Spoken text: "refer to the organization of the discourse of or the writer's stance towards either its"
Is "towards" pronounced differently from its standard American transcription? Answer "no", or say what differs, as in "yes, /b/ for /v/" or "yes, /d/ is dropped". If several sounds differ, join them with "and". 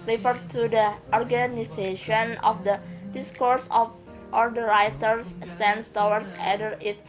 yes, /w/ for /ɹ/ and /s/ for /z/